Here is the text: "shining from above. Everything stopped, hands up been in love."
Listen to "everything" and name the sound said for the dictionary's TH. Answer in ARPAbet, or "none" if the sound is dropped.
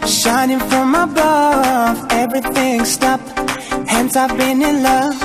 TH